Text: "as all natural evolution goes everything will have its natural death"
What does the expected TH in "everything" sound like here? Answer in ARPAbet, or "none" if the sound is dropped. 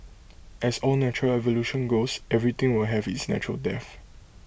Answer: T